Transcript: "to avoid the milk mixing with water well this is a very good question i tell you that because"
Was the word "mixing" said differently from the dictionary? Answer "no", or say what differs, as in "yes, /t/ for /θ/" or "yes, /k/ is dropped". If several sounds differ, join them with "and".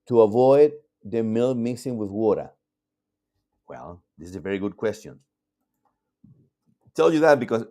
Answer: yes, /k/ is dropped